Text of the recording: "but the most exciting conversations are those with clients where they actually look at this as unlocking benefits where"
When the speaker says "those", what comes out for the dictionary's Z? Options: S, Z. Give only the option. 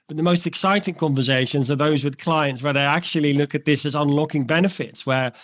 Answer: Z